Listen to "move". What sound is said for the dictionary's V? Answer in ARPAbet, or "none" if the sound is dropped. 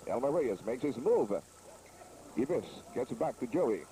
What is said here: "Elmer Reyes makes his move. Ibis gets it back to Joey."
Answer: V